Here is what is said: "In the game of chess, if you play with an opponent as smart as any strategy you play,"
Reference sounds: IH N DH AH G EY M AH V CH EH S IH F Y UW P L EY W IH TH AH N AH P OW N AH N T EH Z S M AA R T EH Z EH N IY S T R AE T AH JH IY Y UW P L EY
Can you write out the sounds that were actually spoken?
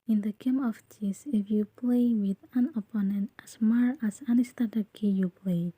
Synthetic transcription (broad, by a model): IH N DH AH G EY M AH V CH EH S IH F Y UW P L EY W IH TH AH N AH P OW N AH N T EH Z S M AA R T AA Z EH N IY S T AA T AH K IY Y UW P L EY